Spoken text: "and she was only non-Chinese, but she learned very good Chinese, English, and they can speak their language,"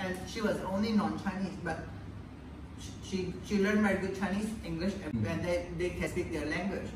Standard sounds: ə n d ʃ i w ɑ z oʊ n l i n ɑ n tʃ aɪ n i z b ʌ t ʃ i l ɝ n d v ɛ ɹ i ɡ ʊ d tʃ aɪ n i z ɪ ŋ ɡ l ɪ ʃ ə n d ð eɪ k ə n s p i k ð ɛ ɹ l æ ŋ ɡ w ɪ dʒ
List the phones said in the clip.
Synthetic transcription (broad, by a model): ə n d ʃ i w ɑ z oʊ n l i n ɑ n tʃ aɪ n i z b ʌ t ʃ i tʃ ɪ l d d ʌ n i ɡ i tʃ aɪ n i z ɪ ŋ ɡ l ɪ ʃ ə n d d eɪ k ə s p i k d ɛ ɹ l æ ŋ ɡ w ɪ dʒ